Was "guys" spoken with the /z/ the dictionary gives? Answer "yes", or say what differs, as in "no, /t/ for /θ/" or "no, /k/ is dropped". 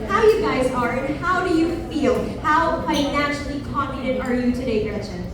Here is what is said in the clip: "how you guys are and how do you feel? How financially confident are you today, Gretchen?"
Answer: yes